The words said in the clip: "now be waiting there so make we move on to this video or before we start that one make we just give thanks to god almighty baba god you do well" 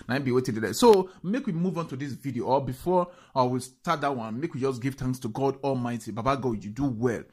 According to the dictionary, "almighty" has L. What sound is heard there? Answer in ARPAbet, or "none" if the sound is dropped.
L